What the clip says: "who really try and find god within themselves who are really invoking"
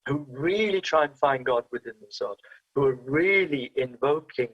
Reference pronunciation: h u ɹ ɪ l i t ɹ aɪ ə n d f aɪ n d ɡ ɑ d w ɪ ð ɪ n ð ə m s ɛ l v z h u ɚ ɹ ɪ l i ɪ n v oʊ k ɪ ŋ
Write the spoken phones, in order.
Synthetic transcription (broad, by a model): h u ɹ ɪ l i t ɹ aɪ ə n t f aɪ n ɡ ɑ d w ɪ ð ɪ n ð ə s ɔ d h u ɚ ɹ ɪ l i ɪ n v oʊ k ɪ ŋ